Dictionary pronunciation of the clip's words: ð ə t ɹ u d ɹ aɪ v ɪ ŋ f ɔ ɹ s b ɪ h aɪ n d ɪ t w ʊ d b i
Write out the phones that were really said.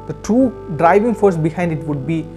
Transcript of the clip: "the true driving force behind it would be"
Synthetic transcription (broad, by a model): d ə t u d ɹ aɪ v ɪ ŋ f ɔ ɹ s b ɪ h aɪ n d ɪ t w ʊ d b i